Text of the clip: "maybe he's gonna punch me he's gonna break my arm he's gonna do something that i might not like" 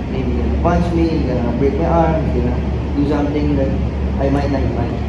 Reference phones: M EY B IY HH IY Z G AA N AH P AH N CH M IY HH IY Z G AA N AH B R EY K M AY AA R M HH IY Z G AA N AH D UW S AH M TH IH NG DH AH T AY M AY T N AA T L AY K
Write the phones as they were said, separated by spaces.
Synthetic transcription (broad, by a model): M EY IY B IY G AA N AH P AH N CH M IY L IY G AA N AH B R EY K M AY AA R M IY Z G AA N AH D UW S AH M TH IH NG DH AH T AY M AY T L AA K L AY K